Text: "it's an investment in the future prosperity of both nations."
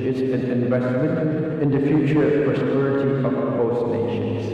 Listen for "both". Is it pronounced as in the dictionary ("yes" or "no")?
no